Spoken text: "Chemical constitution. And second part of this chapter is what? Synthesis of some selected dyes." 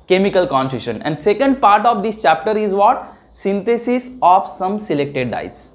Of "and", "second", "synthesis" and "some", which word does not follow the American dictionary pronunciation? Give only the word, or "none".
synthesis